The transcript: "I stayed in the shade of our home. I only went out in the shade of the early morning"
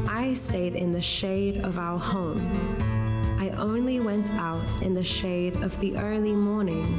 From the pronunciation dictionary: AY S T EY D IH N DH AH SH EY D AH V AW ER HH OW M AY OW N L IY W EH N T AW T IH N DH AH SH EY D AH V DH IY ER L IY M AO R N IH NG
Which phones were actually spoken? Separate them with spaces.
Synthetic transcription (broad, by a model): AY S T EY D IH N DH AH SH EY D AH V AW ER HH OW M AY OW N L IY W EH N T AW T IH N DH AH SH EY D AH V DH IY ER L IY M AO R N IH NG